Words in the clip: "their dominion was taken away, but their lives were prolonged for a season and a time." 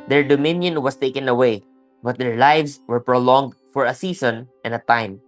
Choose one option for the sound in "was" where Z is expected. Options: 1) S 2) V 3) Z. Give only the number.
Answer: 1